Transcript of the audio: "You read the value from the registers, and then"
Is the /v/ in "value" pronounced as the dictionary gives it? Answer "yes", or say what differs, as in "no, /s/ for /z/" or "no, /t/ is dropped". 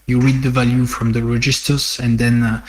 yes